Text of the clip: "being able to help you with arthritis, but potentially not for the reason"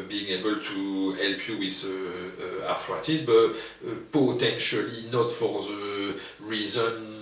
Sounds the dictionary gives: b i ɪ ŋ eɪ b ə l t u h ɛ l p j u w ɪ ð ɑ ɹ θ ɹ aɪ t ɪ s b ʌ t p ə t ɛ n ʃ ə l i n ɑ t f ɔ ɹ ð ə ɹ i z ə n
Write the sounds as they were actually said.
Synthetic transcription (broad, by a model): b i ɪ ŋ eɪ b ə l t u h ɛ l p j u w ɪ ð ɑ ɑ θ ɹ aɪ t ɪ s b ʌ t p ə t ɛ n ʃ ə l i n ɑ t f ɔ ɹ ð ə ɹ i z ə n